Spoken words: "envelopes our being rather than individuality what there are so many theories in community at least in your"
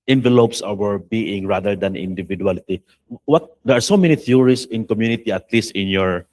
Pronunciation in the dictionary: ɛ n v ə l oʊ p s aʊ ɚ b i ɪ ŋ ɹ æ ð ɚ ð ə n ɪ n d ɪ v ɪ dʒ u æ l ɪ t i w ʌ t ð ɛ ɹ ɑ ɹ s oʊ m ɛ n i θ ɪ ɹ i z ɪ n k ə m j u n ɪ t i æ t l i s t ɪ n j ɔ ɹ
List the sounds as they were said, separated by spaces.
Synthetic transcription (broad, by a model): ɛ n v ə l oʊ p s aʊ ɚ b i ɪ ŋ ɹ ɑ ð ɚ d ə n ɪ n d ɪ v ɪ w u l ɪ t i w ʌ t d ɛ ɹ ɑ ɹ s oʊ m ɛ n i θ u ɹ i s ɪ n k ə m j u n ɪ t i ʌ t l i s t ɪ n j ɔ ɹ